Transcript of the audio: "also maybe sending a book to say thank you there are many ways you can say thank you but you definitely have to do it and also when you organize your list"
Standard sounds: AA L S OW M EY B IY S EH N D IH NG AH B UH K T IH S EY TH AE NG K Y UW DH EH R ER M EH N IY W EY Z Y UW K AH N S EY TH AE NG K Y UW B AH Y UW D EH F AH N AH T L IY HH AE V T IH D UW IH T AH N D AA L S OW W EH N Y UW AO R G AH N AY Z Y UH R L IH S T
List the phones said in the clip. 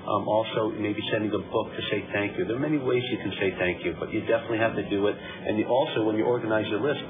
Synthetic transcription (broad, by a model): AA L S OW M EY B IY S EH N D IH NG AH B UH K T IH S EY TH AE NG K Y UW DH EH R M EH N IY W EY Z Y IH K N S EY TH AE NG K Y UW B AH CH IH D EH F AH N AH T L IY HH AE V T IH D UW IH T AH N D AA L S OW W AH N Y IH AO R G AH N AY Z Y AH L IH S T